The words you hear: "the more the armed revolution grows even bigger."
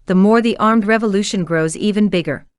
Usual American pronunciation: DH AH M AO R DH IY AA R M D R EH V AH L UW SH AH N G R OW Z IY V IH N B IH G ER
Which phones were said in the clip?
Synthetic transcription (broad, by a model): DH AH M AO R DH IY AA R M D R EH V AH L UW SH AH N G R OW Z IY V IH N B IH G ER